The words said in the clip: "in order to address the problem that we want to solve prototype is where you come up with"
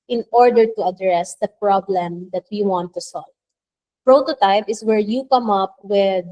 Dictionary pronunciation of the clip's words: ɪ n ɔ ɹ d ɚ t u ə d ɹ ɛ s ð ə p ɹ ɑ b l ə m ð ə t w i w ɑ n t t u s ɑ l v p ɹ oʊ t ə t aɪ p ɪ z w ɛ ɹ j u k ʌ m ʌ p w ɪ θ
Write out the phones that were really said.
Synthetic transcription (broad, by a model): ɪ n ɔ ɹ d ɚ t u ə d ɹ ɛ s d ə p ɹ ɑ b l ə m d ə t w i w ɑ n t t u s ɑ l v p ɹ oʊ t ə t aɪ p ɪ s w ɛ ɹ j u k ʌ m ʌ p w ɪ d